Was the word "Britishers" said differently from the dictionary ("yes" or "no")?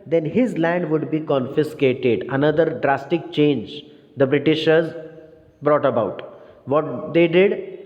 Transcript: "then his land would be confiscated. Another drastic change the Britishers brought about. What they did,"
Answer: no